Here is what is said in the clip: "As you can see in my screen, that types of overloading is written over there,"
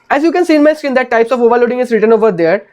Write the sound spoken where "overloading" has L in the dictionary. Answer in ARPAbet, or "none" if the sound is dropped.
L